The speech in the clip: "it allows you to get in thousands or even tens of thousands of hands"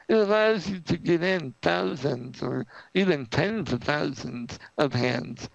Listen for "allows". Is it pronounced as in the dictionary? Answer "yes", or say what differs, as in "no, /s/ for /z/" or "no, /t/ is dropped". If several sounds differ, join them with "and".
yes